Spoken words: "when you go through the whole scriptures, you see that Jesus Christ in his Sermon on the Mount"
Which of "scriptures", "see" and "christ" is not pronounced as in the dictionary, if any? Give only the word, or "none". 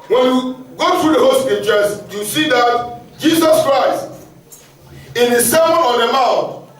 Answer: scriptures